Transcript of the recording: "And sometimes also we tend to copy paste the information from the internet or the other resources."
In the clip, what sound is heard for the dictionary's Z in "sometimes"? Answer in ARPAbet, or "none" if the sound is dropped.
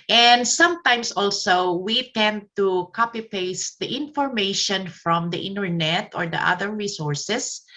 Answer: S